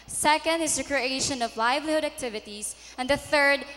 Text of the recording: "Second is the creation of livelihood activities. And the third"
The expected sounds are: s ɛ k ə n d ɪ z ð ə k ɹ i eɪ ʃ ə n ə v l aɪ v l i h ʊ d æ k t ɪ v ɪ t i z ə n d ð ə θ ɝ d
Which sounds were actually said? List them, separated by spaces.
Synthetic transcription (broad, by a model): s ɛ k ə n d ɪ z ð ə k ɹ i eɪ ʃ ə n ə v l aɪ v l i h ʊ d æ k t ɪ v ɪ t i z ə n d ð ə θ ɝ d